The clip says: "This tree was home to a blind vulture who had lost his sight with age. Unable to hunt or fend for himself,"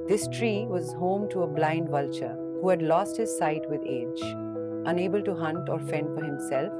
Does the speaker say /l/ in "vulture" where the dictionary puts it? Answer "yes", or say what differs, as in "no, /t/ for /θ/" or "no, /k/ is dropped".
yes